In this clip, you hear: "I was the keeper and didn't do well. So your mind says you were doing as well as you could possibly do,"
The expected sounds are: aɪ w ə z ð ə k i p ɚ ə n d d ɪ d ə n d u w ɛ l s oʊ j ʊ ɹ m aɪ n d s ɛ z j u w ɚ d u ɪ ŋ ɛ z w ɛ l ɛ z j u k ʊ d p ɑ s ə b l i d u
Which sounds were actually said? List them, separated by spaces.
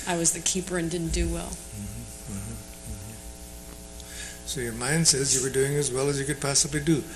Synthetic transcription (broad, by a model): aɪ w ə z ð ə k i p ɚ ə n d d ɪ d n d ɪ w ɛ l s oʊ j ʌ ɹ m aɪ n d s ɛ z j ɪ w ɚ d u ɪ ŋ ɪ z w ɛ l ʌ z j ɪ k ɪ d p ɑ s ə b l i d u